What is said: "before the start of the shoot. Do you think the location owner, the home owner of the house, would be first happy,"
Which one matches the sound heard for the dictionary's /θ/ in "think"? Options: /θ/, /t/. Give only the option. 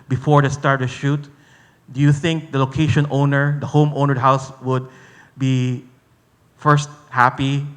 /θ/